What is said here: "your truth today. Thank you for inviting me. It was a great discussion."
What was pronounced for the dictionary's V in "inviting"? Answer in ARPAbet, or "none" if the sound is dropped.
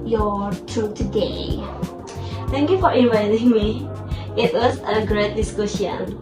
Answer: V